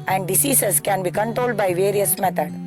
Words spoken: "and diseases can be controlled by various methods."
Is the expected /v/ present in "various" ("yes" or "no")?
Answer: yes